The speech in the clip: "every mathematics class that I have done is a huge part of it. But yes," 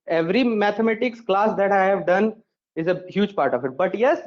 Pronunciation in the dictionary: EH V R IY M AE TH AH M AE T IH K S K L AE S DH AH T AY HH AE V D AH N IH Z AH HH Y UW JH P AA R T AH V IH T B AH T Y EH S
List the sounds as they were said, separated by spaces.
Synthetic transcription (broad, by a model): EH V R IY M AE T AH M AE T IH K S K L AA S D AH T AY HH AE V D AH N IH Z AH HH Y UW JH P AA R T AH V IH T B AH T Y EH S